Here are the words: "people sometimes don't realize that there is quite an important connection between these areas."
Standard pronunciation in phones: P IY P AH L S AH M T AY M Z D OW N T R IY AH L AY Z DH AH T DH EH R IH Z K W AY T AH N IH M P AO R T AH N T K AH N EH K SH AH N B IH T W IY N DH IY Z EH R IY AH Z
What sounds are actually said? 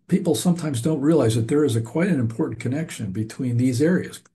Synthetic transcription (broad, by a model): P IY P L S AH M T AY M Z D OW N T R IY AH L AY Z DH AH T DH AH R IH Z K W AY T AH N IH M P AO R T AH N K AH N EH K SH AH N B IH T W IY N DH IY Z EH R IY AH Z